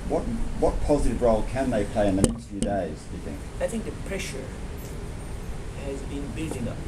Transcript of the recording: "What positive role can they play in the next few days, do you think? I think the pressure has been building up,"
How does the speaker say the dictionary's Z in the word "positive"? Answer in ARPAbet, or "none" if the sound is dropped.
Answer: Z